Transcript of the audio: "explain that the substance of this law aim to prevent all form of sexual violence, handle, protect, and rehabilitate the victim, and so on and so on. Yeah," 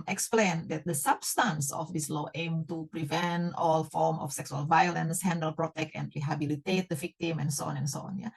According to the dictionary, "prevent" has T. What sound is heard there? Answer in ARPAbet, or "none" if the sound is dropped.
T